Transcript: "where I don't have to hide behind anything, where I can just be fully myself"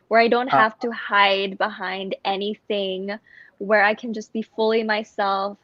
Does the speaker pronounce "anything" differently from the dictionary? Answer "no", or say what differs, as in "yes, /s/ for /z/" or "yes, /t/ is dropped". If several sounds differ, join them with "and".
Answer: no